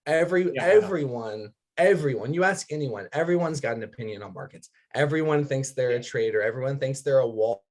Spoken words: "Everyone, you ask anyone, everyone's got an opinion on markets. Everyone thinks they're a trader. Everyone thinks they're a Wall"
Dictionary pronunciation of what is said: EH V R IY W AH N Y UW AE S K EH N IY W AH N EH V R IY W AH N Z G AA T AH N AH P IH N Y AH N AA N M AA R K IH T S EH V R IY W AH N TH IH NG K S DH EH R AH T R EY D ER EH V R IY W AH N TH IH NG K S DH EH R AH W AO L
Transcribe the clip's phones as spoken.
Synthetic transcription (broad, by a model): EH V R IY W AH N Y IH AE S K EH N IY W AH N EH V R IY W AH N Z G AA T N AH P IH N Y AH N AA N M AA R K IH T S EH V R IY W AH N TH IH NG K S DH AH R AH T R EY D ER EH V R IY W AH N TH IH NG K S DH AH R AH W AO